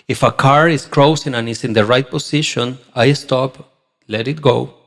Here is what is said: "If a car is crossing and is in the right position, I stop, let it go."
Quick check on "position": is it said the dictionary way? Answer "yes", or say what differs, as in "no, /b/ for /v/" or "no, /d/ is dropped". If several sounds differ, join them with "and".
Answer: no, /s/ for /z/